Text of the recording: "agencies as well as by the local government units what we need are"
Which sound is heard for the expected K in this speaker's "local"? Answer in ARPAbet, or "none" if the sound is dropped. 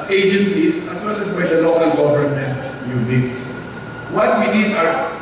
K